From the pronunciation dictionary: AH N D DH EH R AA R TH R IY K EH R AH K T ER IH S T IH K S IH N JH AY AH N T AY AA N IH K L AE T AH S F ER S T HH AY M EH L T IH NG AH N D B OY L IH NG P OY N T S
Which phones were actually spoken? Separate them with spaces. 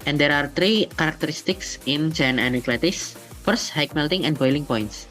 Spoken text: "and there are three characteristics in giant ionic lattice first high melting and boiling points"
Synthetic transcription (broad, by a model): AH N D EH R AA R T R IY K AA R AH K T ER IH S T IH K S IH N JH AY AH N AY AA N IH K L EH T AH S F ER S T HH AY M EH L T IH NG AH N B OY L IH NG P OY N T S